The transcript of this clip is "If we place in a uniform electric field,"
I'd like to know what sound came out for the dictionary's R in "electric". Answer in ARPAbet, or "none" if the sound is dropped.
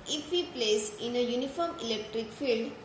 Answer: R